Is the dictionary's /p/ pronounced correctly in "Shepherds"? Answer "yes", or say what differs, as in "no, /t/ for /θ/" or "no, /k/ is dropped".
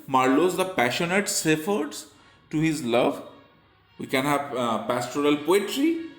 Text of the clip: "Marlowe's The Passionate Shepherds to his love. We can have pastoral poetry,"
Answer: no, /f/ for /p/